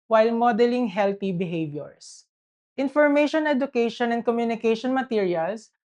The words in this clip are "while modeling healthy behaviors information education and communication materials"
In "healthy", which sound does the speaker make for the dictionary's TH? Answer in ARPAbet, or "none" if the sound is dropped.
T